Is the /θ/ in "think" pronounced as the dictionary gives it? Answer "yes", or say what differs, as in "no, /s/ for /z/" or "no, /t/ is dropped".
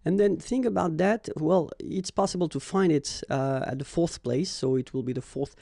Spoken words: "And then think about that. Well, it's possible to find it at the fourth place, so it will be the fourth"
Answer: yes